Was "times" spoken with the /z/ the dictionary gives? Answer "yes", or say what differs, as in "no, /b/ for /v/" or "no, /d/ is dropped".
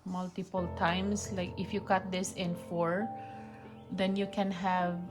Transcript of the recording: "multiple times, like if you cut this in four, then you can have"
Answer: no, /s/ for /z/